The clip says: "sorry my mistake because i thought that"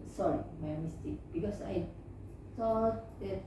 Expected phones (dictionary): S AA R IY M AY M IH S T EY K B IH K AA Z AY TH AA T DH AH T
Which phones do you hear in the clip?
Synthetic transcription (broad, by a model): S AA R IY M AY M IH S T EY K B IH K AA S AY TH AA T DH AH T